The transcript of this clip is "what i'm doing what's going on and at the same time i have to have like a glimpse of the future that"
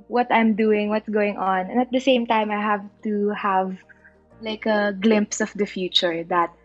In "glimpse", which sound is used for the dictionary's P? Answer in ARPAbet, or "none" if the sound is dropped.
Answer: P